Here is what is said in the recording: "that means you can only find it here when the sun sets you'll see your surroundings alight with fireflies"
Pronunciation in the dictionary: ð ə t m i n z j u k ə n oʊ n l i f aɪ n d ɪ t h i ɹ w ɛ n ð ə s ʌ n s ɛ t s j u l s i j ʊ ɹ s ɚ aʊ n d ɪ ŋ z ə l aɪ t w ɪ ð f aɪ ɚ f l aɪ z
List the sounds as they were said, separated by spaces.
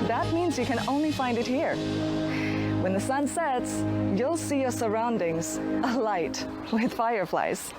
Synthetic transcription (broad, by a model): ð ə t m i n z j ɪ k ə n oʊ n l i f aɪ n d ɪ t h i ɹ w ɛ n ð ə s ʌ n s ɛ t s j u l s i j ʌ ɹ s ɚ aʊ n d ɪ ŋ z ə l aɪ t w ɪ ð f aɪ ɚ f l aɪ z